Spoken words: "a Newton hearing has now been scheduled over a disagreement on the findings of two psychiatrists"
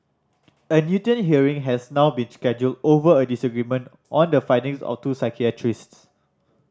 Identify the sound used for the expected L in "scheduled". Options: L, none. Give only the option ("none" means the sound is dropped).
L